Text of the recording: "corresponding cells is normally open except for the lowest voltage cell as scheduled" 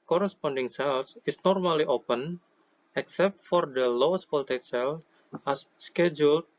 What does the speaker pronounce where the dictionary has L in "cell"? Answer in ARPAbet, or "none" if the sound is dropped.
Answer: L